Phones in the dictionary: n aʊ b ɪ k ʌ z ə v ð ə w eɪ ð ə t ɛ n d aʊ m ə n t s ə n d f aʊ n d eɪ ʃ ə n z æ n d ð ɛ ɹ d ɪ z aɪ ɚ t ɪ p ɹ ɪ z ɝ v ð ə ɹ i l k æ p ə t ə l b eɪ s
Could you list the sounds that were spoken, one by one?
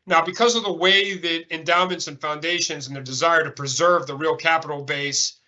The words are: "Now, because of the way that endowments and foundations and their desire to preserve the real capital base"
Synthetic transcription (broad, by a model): n aʊ b ɪ k ʌ z ə v ð ə w eɪ ð ə t ɛ n d aʊ m ə n t s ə n f aʊ n d eɪ ʃ ə n z n ð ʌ ɹ d ɪ z aɪ ɚ t ɪ p ɹ ɪ z ɝ v ð ə ɹ i l k æ p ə t l b eɪ s